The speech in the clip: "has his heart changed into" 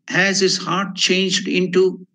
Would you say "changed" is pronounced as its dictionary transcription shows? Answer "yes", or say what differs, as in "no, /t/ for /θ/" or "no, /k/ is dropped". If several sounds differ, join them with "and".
yes